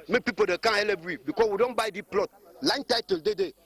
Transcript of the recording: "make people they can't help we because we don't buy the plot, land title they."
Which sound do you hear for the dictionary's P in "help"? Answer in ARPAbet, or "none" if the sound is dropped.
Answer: B